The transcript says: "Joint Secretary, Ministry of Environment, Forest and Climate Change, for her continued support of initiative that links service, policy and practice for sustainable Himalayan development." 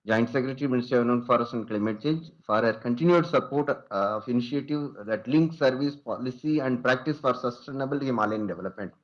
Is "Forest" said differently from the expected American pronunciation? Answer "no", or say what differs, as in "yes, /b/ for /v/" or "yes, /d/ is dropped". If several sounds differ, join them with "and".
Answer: yes, /t/ is dropped